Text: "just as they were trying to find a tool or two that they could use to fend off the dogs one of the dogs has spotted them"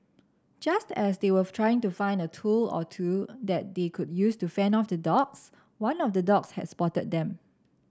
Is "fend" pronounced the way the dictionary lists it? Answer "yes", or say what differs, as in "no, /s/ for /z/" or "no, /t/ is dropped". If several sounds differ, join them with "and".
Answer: no, /d/ is dropped